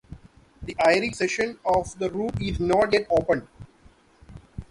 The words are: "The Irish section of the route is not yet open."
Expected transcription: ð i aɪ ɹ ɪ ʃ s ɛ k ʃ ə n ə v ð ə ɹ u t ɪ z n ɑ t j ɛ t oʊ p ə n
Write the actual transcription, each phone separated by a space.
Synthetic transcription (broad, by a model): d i aɪ ɹ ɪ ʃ s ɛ ʃ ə n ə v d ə ɹ u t ɪ z n ɑ t j ɛ t oʊ p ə n